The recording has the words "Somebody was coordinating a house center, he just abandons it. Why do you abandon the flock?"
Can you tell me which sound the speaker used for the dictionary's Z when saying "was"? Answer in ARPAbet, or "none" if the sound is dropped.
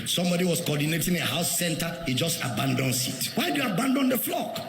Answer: S